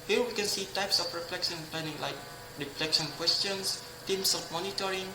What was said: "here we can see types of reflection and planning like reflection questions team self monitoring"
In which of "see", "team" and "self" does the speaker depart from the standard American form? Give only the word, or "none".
self